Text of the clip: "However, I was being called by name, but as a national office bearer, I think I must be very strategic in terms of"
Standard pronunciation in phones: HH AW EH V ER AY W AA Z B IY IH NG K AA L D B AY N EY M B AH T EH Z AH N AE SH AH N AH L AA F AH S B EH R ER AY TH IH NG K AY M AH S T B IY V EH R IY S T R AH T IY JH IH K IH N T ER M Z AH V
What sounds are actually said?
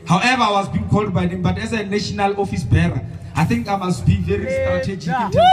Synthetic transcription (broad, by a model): HH AW EH V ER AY W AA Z B IY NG K AA L D B AY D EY M B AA T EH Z AH N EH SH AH N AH L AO F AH S B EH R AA AY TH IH NG K AY M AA S T B IY V EH R IY S T R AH T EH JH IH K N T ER